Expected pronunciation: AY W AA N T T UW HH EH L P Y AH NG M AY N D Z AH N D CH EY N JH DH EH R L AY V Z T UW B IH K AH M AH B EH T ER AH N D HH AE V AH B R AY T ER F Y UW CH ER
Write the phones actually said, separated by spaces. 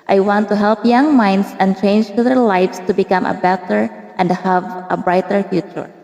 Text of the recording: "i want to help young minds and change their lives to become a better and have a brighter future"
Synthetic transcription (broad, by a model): AY W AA N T T UW HH EH L P Y AH NG M AY N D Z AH N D CH EY N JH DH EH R L AY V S T UW B IH K AH M AH B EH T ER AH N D HH AE V AH B R AY T ER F Y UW CH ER